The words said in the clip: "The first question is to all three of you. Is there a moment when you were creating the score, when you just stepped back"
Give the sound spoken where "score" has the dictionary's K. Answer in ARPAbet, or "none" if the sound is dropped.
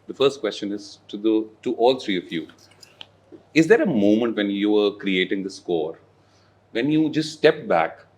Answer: K